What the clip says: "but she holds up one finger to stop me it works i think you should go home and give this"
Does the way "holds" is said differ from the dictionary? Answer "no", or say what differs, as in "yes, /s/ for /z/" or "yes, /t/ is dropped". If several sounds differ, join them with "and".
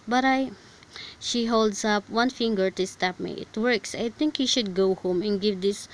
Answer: yes, /s/ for /z/